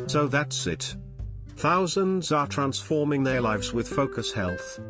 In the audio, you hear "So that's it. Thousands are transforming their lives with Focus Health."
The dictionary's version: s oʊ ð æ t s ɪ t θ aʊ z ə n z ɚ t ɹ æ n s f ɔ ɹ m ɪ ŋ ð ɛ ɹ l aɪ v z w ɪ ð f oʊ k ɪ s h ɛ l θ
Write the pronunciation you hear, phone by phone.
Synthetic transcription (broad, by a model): s oʊ ð æ t s ɪ t θ aʊ z ə n z ɚ t ɹ æ n s f ɔ ɹ m ɪ ŋ ð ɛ ɹ l aɪ v z w ɪ ð f oʊ k ɪ s h ɛ l θ